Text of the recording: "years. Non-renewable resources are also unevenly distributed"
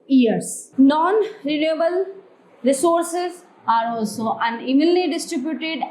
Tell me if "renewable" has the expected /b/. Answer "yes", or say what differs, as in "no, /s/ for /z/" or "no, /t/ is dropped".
yes